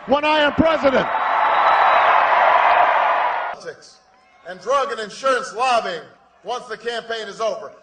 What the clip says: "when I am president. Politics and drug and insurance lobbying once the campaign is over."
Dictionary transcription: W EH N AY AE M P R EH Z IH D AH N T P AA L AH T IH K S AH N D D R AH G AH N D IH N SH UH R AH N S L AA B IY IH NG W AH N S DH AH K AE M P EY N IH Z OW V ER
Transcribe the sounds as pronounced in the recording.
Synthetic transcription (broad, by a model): W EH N AY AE M P R EH Z IH D AH N T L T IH K S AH N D D R AH G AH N IH N SH UH R AH N S L AA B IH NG W AH N S DH AH K AE M P EY N IH Z OW V ER